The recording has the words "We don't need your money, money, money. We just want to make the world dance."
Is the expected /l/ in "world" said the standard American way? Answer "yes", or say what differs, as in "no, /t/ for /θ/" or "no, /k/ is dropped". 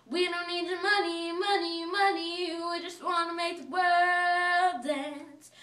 no, /l/ is dropped